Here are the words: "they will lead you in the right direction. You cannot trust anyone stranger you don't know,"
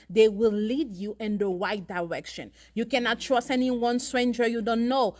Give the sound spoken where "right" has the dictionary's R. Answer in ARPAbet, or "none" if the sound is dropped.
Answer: W